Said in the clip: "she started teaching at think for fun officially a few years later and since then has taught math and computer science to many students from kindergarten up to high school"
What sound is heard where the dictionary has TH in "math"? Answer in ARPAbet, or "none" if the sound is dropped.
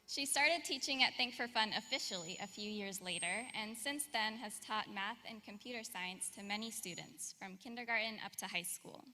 TH